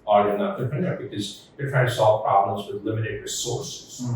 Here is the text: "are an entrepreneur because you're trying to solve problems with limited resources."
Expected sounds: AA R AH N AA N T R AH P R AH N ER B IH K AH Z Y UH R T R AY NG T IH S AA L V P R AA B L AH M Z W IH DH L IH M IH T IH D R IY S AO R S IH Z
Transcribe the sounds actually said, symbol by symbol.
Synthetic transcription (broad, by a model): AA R AH N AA T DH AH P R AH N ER B IH K AH Z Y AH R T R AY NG T IH S AA L V P R AA B L AH M Z W IH DH L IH M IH T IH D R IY S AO R S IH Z